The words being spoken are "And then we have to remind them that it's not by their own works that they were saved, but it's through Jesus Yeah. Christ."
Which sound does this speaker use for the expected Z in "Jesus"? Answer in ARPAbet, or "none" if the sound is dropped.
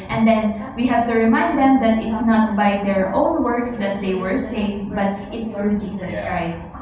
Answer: S